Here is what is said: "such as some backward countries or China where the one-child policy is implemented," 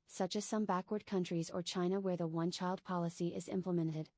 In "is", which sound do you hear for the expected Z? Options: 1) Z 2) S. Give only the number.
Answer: 1